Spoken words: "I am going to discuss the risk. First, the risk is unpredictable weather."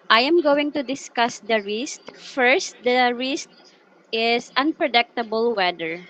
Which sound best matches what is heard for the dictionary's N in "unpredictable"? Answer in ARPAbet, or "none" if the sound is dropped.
N